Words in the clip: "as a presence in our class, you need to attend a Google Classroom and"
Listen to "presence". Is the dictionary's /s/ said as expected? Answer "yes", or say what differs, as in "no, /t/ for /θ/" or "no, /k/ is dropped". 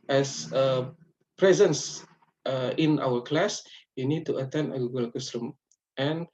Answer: yes